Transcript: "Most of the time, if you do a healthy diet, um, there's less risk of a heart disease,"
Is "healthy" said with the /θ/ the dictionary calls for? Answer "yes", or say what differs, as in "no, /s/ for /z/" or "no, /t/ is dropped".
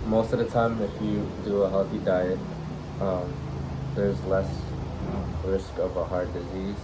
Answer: yes